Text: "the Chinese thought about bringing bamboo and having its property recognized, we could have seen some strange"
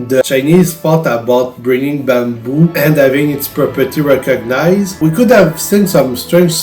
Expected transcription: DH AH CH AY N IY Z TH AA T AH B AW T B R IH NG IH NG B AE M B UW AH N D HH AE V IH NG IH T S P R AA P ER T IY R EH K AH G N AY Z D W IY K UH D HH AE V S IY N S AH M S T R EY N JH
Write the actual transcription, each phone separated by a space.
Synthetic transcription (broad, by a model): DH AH CH AY N IY Z F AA T AH B AW T B R IH NG IH NG B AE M B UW AH N D HH AE V IH NG IH T S P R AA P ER T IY R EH K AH G N AY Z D W IY K UH D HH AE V S IY N S AH M S T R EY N